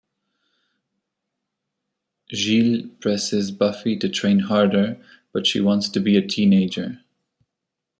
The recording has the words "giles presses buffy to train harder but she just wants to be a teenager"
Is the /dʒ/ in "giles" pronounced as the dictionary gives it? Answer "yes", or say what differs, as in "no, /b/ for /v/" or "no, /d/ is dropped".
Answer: no, /ʒ/ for /dʒ/